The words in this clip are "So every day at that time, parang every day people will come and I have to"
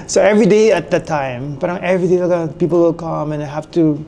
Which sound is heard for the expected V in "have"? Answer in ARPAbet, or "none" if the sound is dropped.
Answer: F